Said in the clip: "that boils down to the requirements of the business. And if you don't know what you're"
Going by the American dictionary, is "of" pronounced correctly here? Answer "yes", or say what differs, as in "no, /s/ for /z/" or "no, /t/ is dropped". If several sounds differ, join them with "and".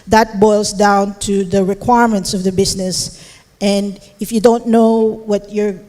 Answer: yes